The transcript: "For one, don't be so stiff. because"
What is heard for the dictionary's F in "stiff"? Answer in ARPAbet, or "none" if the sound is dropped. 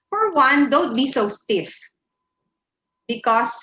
F